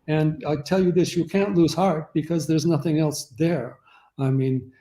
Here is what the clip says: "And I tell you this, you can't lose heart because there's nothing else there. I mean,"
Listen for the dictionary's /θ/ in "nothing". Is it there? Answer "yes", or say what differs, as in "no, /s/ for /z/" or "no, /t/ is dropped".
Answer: yes